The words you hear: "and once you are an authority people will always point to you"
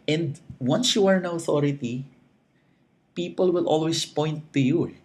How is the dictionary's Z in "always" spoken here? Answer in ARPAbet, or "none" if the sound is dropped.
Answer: S